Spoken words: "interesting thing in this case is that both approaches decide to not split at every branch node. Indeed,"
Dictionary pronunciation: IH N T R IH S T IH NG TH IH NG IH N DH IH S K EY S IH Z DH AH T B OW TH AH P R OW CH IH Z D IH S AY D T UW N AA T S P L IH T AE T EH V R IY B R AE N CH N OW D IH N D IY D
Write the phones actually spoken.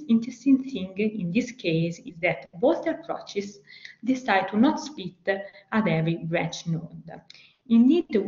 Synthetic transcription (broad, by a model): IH N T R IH S T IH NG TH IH NG IH N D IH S K EY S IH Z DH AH T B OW T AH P R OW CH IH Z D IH S AY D T UW N AA T S P IY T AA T EH V R IY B R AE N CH N OW D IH N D IY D